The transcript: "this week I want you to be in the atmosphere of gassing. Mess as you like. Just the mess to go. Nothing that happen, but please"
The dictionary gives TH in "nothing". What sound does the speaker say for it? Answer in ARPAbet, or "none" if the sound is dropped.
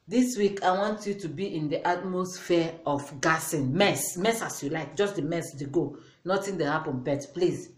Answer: T